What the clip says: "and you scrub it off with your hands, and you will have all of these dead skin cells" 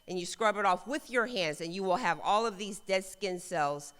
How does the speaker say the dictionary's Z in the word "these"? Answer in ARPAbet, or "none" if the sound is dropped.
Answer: Z